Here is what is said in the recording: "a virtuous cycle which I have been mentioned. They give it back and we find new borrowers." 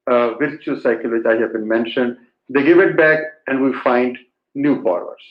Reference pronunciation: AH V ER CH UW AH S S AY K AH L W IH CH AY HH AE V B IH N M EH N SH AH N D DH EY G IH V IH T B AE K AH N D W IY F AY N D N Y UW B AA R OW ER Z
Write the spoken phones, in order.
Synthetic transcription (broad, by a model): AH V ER CH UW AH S S AY K AH L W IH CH AY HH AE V B IH N M EH N SH AH N D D EY G IH V IH T B AE K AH N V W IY F AY N D N Y UW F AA R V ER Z